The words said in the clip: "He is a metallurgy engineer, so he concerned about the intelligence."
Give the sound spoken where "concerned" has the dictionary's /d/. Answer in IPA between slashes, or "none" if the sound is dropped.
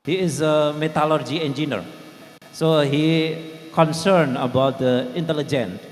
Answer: none